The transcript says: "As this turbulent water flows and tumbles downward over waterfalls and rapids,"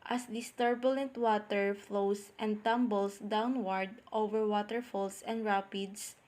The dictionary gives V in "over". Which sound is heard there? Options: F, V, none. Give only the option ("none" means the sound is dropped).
V